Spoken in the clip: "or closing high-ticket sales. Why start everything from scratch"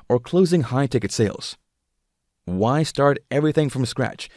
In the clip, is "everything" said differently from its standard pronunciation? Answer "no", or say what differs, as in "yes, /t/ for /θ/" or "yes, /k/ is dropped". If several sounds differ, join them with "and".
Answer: no